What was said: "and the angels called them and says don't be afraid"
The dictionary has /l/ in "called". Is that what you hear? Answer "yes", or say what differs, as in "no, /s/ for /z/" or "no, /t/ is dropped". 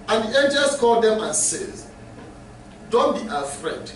yes